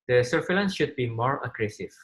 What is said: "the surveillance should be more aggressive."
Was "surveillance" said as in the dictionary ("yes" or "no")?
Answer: no